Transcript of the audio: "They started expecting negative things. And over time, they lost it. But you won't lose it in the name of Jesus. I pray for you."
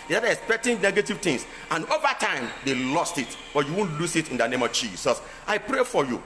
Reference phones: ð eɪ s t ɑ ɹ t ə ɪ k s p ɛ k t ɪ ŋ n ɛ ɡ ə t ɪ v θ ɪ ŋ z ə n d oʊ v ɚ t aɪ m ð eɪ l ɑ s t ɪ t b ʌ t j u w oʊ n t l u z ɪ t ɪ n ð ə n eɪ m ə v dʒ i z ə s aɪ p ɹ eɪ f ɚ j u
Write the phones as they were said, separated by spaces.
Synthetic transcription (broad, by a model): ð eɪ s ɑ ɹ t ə k s p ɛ k t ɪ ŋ n ɛ ɡ ə t ɪ v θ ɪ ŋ s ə n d oʊ v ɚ t aɪ m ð eɪ l ɑ s t ɪ t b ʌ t j u w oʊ n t l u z ɪ t ɪ n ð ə n eɪ m ə v dʒ i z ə s aɪ p ɹ eɪ f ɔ j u